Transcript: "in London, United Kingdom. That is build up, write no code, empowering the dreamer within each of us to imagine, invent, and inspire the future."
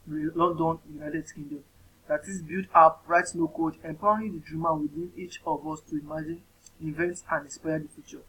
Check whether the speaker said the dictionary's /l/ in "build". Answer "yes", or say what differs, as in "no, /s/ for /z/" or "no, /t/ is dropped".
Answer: no, /l/ is dropped